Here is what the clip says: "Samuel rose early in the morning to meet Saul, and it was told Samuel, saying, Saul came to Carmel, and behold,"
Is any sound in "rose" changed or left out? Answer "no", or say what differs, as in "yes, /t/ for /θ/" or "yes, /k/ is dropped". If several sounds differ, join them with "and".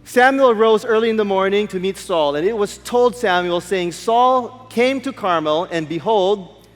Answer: no